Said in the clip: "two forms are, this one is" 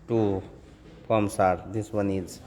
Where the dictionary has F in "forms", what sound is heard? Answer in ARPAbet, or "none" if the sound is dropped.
P